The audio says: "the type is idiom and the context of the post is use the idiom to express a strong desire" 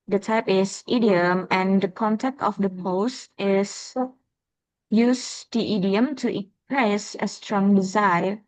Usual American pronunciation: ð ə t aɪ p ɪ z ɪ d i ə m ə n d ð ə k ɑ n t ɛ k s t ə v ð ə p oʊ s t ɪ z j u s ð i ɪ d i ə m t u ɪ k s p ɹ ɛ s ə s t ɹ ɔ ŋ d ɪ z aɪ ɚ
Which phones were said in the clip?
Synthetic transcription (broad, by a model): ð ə t aɪ p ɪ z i d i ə m ə n d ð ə k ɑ n t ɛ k t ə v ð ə p oʊ s t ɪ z j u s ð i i d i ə m t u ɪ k p ɹ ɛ s ə s t ɹ ɔ ŋ d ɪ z aɪ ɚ